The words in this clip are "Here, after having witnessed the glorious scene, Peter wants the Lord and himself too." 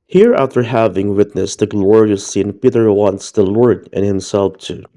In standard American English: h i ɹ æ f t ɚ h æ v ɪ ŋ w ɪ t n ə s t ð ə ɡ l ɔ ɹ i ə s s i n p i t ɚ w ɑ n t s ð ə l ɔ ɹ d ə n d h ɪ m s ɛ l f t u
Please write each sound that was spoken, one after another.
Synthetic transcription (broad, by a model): h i ɹ æ f t ɚ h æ v ɪ ŋ w ɪ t n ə s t ð ə ɡ l ɔ ɹ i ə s s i n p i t ɚ w ɑ n t s ð ə l ɔ ɹ d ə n h ɪ m s ɛ l f t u